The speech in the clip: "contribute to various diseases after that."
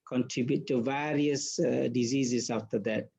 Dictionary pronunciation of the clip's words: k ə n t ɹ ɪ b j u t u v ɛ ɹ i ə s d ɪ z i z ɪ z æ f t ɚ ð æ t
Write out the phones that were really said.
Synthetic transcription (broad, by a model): k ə n t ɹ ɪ b j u t u v ɛ ɹ i ə s d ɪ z i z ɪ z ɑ f t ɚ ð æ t